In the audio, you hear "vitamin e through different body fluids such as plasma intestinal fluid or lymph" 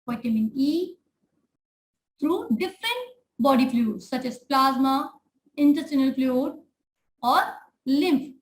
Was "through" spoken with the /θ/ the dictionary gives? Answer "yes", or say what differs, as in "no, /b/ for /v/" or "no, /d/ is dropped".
no, /t/ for /θ/